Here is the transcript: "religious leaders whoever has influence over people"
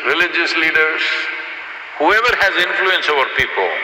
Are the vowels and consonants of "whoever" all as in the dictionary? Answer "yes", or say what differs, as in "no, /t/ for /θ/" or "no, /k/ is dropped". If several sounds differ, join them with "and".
yes